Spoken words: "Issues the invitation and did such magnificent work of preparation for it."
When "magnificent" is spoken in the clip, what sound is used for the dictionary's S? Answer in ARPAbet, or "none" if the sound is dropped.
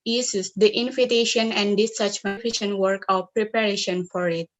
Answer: SH